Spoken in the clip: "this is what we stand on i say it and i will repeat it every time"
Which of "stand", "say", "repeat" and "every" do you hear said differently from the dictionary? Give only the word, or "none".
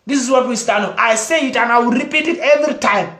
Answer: stand